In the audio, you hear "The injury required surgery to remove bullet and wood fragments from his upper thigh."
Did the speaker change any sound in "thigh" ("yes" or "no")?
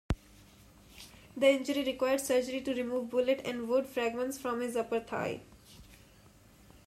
yes